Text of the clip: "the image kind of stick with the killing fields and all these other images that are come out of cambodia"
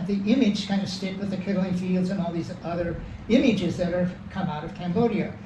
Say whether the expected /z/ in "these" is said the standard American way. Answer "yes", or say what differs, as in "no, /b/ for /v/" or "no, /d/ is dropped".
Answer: yes